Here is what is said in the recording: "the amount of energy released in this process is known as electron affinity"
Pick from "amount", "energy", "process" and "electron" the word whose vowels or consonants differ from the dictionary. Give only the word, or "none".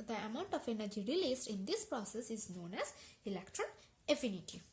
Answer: none